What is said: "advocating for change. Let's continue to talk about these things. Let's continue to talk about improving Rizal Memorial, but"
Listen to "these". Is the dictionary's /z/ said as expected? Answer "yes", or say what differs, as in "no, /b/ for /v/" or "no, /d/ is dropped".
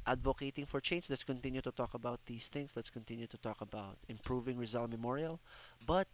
no, /s/ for /z/